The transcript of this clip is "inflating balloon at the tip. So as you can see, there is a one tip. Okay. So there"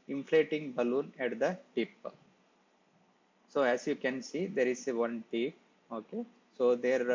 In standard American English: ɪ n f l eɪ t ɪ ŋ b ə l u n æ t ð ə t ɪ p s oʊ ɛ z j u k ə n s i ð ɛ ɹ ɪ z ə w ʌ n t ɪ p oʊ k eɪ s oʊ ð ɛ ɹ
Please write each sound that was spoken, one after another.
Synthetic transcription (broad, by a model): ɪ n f l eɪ t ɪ ŋ b ə l u n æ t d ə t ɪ p s oʊ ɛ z j u k ə n s i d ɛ ɹ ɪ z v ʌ n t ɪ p oʊ k eɪ s oʊ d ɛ ɹ